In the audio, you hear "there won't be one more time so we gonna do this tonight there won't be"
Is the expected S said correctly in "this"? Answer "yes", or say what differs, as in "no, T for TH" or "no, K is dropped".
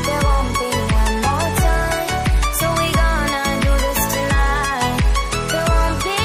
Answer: yes